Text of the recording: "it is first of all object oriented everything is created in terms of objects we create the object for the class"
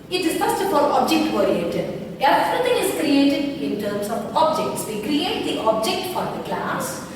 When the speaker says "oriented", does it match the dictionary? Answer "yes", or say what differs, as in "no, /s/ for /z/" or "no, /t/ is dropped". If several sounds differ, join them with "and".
no, /n/ is dropped